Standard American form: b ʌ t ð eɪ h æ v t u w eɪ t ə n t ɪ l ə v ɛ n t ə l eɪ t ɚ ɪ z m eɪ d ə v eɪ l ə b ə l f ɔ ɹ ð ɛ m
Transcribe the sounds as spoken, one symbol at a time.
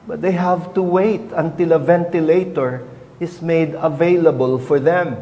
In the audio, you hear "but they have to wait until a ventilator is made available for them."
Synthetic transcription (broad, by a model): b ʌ t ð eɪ h æ v t u w eɪ t ə n t ɪ l ə v ɛ n t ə l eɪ t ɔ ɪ s m eɪ d ə v eɪ l ə b ə l f ɔ ɹ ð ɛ m